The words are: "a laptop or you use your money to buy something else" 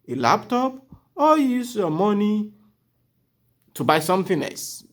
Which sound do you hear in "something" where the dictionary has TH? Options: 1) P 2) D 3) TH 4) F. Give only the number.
4